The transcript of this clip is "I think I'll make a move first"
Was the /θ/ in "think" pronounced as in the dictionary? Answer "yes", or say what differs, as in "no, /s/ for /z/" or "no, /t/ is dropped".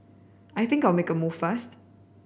yes